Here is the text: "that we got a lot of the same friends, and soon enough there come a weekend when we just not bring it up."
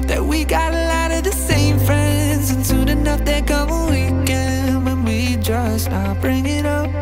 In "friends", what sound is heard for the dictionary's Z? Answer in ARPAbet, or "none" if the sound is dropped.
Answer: Z